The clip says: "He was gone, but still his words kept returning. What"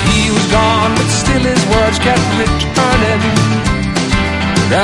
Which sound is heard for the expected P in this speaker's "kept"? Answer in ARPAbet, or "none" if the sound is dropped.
none